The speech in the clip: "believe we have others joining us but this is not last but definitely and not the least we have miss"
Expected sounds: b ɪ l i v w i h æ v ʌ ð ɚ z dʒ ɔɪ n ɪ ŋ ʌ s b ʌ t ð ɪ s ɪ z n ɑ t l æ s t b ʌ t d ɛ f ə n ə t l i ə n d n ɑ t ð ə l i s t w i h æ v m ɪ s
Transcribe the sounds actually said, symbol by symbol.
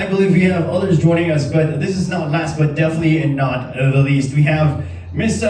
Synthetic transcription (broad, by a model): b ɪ l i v w i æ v ʌ ð ɚ z dʒ ɔɪ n ɪ ŋ ʌ s b ʌ t ð ɪ s ɪ z n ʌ t l æ s t b ʌ t d ɛ f ə n ə t l i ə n n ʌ t ð ə l i s t w i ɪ v m ɪ s